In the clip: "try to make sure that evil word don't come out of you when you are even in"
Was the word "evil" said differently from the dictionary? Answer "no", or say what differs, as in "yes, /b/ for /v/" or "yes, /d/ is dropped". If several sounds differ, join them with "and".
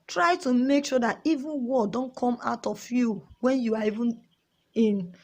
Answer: yes, /n/ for /l/